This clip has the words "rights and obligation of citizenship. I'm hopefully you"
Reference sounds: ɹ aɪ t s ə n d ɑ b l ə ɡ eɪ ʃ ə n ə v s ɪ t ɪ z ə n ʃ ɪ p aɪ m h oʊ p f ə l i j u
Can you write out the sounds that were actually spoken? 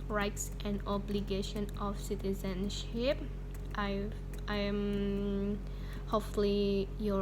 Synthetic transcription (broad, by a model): ɹ aɪ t s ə n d ɑ b l ə ɡ eɪ ʃ ə n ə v s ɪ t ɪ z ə n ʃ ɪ p aɪ m h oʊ f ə l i j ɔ